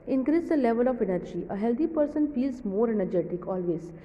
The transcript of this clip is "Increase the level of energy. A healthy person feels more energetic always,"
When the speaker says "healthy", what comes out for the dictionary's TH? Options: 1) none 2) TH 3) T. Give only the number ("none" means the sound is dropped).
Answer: 3